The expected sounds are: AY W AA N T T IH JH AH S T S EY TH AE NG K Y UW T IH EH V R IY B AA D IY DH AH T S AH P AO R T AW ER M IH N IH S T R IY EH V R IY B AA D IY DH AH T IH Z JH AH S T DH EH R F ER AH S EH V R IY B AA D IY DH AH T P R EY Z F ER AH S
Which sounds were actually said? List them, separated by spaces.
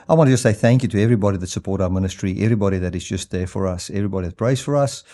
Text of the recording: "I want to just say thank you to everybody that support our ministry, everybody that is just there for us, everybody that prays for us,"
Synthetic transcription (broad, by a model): AY W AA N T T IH JH AH S T S EY TH AE NG K Y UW T IH EH V R IY B AA D IY DH AH T S AH P AO R T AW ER M IH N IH S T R IY EH V R IY B AA D IY DH AH T IH Z JH AH S T DH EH R F ER AH S EH V R IY B AA D IY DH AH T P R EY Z F ER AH S